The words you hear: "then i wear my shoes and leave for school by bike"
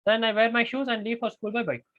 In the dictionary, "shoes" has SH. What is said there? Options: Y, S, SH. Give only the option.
SH